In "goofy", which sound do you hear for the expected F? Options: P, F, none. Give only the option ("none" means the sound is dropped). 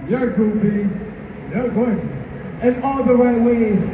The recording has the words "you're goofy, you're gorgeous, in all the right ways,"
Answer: P